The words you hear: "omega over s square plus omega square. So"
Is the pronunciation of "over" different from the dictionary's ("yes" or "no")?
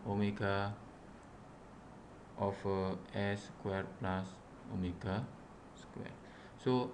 yes